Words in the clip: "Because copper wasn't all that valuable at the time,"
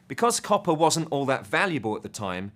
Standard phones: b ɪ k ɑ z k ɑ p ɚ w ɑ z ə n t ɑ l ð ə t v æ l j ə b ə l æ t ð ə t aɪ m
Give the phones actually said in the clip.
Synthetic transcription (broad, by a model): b ɪ k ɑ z k ɑ p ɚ w ɑ z ə n t ɑ l ð ə t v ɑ l j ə b ə l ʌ t ð ə t aɪ m